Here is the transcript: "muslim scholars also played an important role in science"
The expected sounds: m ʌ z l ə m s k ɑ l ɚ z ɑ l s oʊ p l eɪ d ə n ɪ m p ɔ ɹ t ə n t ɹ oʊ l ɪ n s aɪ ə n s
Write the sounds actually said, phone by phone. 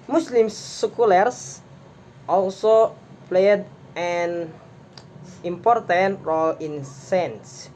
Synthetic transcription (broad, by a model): m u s l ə m s k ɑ l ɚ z ɑ l s oʊ p l eɪ d ə n ɪ m p ɔ ɹ t ə n t ɹ oʊ l ɪ n s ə n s